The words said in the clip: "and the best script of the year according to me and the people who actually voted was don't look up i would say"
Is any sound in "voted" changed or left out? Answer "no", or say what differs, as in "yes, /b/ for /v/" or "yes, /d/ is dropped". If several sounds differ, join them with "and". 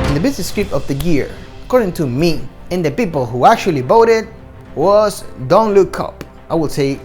yes, /b/ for /v/